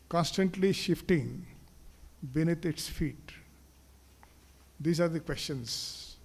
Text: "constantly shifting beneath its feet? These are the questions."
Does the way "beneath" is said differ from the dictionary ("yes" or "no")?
yes